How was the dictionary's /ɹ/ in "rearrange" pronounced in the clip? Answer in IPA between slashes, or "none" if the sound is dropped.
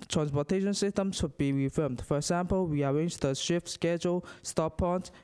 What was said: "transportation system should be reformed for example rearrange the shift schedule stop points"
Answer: /w/